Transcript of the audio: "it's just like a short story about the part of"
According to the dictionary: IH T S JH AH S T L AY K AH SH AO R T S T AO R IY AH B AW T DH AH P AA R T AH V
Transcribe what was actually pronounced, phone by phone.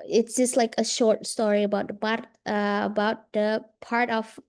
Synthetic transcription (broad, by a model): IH T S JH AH S T L AY K AH SH AO R T S T AO R IY AH B AW T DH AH P AA R T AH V